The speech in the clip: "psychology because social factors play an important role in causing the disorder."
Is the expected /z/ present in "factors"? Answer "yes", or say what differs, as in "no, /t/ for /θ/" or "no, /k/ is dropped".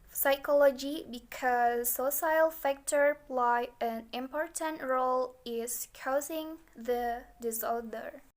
no, /z/ is dropped